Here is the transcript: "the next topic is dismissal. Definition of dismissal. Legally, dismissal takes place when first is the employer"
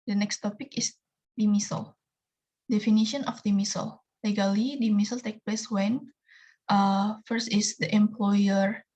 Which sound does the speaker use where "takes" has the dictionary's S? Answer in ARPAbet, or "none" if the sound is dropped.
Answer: none